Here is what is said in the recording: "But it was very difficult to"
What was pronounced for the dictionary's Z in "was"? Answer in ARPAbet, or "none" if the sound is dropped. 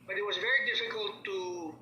Z